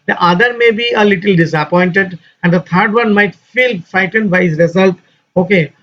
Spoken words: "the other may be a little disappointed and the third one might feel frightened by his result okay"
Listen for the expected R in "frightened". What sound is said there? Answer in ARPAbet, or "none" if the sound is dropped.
none